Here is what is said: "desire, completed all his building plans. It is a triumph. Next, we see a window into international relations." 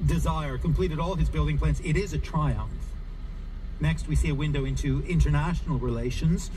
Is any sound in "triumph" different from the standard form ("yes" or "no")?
no